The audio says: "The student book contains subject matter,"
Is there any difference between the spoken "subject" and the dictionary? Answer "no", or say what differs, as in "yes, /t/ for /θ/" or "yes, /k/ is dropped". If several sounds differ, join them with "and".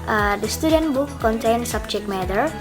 yes, /tʃ/ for /dʒ/